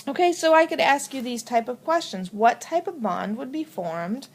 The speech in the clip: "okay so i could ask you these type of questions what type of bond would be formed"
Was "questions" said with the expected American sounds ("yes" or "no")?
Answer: yes